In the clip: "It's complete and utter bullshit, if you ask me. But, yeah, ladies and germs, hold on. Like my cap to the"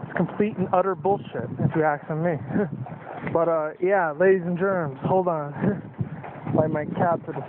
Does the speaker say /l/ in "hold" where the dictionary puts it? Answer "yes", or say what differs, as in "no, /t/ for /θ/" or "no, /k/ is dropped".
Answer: yes